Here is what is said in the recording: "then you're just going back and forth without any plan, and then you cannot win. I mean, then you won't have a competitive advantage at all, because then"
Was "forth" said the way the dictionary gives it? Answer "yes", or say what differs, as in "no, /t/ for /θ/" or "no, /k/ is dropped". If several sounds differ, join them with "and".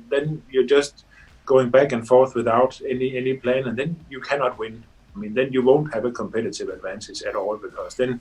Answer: yes